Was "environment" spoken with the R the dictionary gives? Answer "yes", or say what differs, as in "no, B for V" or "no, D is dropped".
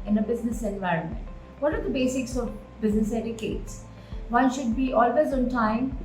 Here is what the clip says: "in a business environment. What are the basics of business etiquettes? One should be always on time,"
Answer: yes